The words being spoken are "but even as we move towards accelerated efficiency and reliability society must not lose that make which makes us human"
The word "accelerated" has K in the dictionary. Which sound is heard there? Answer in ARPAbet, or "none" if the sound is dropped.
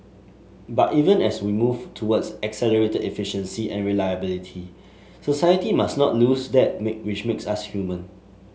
K